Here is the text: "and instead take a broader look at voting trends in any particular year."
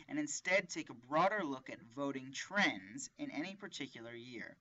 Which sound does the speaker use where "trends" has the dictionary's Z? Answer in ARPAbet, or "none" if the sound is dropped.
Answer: Z